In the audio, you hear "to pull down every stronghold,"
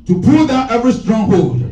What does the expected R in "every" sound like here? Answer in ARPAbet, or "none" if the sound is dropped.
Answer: R